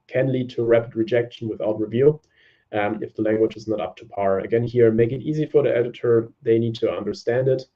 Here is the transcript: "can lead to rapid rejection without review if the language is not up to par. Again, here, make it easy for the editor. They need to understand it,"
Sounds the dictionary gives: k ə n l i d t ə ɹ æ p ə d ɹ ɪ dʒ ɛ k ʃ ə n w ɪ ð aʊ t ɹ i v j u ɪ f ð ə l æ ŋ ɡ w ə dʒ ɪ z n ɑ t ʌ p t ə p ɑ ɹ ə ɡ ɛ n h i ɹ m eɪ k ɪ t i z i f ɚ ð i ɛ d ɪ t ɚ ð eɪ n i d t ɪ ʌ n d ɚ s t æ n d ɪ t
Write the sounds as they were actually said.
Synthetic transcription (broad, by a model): k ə n l i d t ə ɹ æ p ə d ɹ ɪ dʒ ɛ k ʃ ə n w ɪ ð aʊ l ɹ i v j u ɪ f ð ə l æ ŋ ɡ w ə dʒ ɪ z n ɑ t ʌ p t ə p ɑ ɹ ə ɡ ɛ n h i ɹ m eɪ k ɪ t i z i f ɚ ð i ɛ d ɪ t ɚ ð eɪ n i d t ɪ ʌ n d ɚ s t æ n d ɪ t